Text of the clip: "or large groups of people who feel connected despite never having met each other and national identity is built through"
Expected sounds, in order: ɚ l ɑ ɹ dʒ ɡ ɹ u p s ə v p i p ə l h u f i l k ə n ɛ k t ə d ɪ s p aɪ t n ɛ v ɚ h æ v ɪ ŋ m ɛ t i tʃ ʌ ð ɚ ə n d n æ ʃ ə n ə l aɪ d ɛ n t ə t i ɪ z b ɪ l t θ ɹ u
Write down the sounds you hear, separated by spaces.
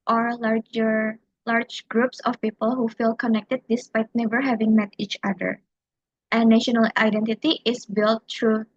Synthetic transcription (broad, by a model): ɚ l ɑ ɹ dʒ ɡ ɹ u p s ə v p i p ə l h u f i l k ə n ɛ k t ə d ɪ s p aɪ t n ɛ v ɚ h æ v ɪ ŋ m ɛ t i tʃ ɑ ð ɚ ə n n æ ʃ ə n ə l aɪ d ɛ n t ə t i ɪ s b ɪ l t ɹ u